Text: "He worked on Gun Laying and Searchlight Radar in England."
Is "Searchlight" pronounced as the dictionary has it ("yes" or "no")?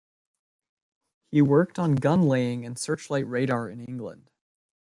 yes